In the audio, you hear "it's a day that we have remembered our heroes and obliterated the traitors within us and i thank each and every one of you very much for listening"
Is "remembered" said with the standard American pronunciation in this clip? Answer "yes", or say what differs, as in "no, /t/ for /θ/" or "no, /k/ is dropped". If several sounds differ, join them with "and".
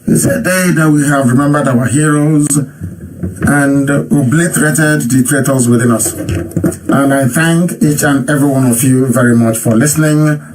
yes